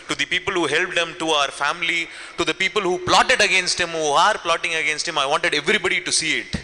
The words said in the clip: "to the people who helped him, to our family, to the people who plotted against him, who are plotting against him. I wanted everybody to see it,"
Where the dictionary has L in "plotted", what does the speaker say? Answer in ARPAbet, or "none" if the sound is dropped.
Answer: L